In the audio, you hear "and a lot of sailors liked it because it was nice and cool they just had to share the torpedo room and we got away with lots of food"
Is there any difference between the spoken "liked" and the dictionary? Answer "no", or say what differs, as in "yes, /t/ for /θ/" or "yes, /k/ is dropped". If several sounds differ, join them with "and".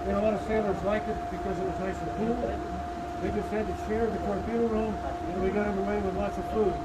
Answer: yes, /t/ is dropped